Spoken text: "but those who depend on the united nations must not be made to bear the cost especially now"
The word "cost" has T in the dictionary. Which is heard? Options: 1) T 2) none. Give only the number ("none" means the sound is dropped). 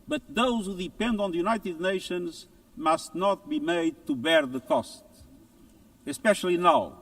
1